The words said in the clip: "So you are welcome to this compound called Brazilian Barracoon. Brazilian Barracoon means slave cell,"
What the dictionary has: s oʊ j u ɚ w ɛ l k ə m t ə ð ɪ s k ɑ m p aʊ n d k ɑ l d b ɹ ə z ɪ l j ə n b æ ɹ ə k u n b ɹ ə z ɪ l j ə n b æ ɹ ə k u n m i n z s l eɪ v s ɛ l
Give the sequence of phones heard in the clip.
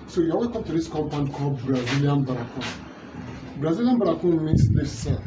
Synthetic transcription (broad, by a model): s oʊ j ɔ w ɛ k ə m t ə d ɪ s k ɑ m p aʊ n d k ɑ b ɹ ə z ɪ l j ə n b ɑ ɹ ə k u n b ɹ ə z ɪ l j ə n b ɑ ɹ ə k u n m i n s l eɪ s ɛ